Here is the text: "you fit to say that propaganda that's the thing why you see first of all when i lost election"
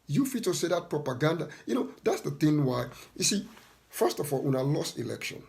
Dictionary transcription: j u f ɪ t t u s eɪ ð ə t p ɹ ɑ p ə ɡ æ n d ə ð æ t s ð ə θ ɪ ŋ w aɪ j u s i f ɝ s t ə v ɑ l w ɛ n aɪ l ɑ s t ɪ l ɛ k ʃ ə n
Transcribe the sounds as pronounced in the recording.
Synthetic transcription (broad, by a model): j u f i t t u s eɪ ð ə t p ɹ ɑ p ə ɡ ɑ n d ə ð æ t s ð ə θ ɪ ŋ w aɪ j u s i f ɝ s t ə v ɑ l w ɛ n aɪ l ɑ s t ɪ l ɛ k ʃ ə n